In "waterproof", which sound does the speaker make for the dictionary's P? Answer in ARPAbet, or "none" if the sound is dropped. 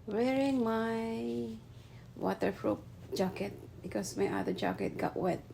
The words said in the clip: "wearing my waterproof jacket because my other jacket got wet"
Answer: F